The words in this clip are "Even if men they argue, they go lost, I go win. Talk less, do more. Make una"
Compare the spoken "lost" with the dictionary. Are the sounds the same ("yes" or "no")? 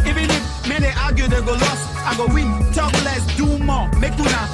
no